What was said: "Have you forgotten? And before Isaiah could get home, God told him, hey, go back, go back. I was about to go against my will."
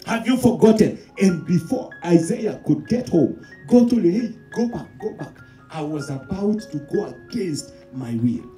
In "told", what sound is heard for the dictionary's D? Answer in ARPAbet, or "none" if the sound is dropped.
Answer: none